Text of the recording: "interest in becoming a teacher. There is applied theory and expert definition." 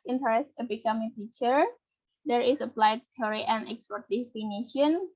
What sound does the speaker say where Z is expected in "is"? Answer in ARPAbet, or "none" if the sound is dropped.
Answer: S